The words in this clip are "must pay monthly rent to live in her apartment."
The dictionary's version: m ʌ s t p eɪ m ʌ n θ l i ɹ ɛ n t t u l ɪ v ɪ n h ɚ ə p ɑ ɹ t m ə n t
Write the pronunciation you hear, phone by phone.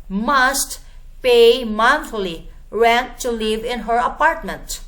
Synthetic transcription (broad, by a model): m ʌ s t p eɪ m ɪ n f l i ɹ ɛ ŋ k t u l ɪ v ɪ n h ɚ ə p ɑ ɹ t m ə n t